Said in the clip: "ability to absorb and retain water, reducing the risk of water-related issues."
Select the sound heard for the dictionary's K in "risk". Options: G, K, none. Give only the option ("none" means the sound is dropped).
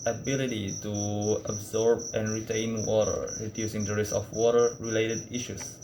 none